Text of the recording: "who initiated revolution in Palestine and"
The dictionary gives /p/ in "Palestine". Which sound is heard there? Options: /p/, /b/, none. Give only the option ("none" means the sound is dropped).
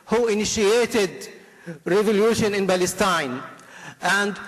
/b/